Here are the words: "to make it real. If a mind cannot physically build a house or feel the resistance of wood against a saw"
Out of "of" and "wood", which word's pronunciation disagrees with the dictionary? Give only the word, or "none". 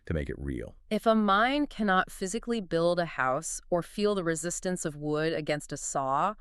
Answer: none